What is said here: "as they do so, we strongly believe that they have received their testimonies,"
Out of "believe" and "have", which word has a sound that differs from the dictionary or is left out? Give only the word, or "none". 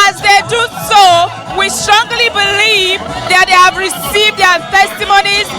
none